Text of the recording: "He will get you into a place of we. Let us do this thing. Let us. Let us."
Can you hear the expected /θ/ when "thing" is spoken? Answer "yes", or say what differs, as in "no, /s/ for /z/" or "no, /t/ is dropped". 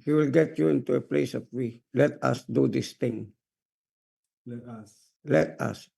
no, /t/ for /θ/